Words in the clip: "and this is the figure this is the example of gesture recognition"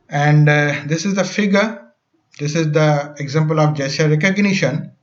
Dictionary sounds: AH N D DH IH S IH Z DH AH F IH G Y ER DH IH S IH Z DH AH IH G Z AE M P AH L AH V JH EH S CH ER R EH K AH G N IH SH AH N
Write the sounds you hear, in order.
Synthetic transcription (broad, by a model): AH N D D IH S IH Z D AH F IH G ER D IH S IH Z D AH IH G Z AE M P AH L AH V JH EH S ER R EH K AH G N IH SH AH N